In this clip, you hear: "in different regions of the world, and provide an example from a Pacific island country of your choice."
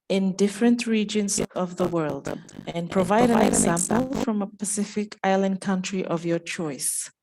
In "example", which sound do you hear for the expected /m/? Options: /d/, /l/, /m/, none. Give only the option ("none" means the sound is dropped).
/m/